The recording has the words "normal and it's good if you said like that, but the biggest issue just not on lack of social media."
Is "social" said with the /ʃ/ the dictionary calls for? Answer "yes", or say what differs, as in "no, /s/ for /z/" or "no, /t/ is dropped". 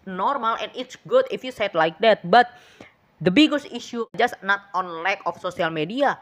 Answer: no, /s/ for /ʃ/